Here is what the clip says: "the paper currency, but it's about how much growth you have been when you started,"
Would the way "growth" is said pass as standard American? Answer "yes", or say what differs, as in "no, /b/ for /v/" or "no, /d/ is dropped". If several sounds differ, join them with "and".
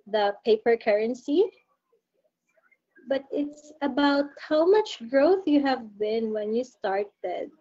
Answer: yes